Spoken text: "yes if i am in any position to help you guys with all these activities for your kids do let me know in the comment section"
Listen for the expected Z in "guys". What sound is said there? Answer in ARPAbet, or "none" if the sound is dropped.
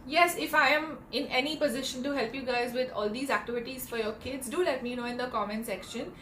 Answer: Z